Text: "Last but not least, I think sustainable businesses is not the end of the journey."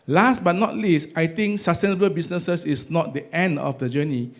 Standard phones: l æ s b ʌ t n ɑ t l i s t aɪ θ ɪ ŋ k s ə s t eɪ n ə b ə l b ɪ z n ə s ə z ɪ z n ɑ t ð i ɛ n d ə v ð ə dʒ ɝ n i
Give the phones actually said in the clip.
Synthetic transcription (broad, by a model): l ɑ s b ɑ t n ɑ t l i s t aɪ t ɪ ŋ k s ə s t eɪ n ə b ə l b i s n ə s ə s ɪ s n ɑ t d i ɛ n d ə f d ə dʒ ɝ n i